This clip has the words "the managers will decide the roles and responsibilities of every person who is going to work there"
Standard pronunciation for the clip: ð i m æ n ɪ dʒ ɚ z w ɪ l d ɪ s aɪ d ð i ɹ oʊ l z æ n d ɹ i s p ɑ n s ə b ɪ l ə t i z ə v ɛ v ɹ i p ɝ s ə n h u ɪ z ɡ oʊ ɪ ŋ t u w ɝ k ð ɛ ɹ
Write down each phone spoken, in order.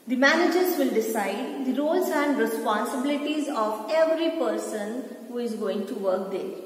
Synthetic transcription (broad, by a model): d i m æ n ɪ dʒ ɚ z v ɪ l d ɪ s aɪ d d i ɹ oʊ l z æ n d ɹ i s p ɑ n s ə b ɪ l ə t i z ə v ɛ v ɹ i p ɝ s ə n h u ɪ z ɡ oʊ ɪ ŋ t u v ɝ k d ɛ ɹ